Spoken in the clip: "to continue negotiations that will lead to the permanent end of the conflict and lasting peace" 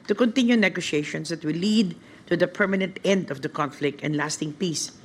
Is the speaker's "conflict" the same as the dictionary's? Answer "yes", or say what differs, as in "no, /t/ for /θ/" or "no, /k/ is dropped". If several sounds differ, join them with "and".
yes